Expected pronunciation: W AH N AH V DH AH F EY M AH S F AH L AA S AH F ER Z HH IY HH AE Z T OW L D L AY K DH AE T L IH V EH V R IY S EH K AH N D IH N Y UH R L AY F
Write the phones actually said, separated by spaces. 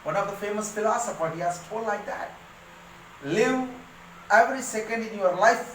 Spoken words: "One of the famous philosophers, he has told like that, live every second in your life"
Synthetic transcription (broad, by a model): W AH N AH V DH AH F EY M AH S F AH L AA S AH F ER HH IY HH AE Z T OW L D L AY K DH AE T L IH V EH V R IY S EH K AH N D IH N Y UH R L AY F